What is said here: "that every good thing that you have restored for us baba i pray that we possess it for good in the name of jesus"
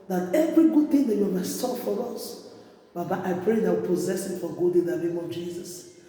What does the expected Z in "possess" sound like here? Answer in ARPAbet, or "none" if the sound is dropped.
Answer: Z